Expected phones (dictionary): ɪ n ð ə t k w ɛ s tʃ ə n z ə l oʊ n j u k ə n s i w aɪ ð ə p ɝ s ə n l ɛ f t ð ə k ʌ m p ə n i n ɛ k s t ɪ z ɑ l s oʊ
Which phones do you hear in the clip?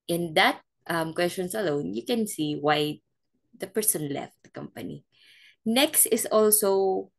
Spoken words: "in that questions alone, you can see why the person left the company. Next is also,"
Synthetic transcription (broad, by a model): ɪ n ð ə t k w ɛ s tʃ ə n s ə l oʊ n j u k ə n s i w aɪ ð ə p ɝ s ə n l ɛ f t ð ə k ʌ m p ə n i n ɛ k s t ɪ s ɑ l s oʊ